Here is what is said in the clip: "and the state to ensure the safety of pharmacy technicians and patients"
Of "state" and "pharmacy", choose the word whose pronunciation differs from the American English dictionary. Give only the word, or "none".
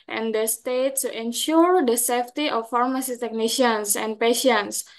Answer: none